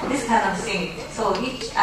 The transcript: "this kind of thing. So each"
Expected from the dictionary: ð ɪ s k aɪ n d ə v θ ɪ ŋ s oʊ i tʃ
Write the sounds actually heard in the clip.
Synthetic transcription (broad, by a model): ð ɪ s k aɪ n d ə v s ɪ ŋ s oʊ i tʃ